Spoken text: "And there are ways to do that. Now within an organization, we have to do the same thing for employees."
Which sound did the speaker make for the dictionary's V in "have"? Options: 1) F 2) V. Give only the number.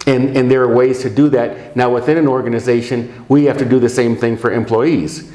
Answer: 1